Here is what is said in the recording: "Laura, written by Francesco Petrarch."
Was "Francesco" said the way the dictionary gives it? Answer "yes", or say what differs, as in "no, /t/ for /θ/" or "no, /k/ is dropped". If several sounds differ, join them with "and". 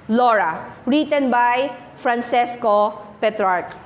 no, /s/ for /tʃ/